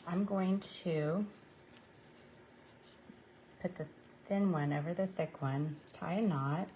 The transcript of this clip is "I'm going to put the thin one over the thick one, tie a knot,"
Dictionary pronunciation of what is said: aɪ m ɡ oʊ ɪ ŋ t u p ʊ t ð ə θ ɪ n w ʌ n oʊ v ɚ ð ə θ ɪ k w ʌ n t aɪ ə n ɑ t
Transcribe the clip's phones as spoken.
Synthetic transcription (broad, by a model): aɪ m ɡ oʊ ɪ ŋ t u p ʊ t ð ə θ ɪ n w ʌ n oʊ v ɚ ð ə θ ɪ k w ʌ n t aɪ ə n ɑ t